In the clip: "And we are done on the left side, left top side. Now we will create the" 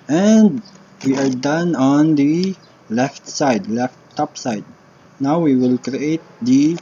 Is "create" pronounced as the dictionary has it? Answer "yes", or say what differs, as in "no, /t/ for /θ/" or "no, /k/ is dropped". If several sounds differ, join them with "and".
yes